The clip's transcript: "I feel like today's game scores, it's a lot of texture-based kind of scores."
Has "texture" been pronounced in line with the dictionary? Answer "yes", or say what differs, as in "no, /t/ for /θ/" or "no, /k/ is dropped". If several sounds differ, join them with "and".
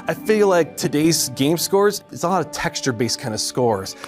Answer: yes